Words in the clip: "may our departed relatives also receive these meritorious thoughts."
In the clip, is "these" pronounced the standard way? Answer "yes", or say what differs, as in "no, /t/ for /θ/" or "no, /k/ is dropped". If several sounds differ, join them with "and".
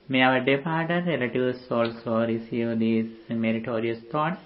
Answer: no, /z/ is dropped